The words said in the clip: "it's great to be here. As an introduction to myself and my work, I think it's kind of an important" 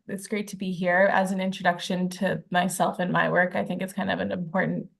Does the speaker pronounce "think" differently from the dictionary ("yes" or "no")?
no